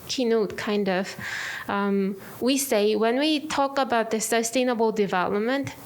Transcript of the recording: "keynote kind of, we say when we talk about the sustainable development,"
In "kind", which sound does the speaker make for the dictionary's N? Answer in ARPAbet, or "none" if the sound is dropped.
N